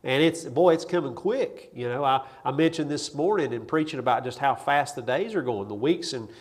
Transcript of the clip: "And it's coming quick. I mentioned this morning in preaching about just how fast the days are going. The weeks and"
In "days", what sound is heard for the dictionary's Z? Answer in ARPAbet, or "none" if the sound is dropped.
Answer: Z